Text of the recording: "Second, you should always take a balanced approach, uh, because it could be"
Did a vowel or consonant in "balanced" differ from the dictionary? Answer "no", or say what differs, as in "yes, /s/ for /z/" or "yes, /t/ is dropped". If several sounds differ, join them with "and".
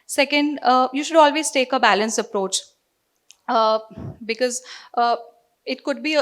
yes, /t/ is dropped